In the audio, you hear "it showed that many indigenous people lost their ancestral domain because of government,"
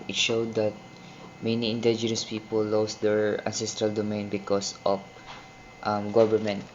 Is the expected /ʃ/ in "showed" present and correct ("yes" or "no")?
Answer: yes